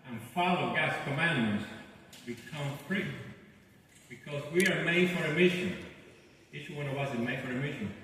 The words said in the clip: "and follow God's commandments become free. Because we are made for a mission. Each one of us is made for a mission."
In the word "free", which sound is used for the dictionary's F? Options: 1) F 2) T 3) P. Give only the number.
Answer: 3